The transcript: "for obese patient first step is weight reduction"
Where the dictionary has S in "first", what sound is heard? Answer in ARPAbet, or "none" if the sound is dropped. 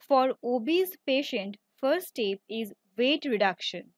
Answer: none